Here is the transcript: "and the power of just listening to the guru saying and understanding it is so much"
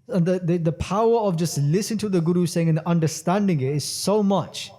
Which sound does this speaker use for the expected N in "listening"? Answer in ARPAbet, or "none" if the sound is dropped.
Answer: none